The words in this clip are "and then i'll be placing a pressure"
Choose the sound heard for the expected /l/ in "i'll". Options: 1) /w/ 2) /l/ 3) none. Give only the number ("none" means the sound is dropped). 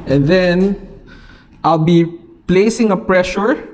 2